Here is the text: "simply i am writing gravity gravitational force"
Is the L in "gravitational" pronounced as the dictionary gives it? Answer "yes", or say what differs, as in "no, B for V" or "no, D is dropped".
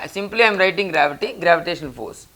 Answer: no, N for L